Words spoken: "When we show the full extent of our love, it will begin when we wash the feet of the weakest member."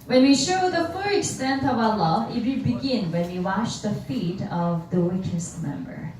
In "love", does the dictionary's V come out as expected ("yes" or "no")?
no